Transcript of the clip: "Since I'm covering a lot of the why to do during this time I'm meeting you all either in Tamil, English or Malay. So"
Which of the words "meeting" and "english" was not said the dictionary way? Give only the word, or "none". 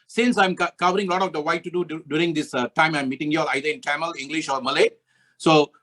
none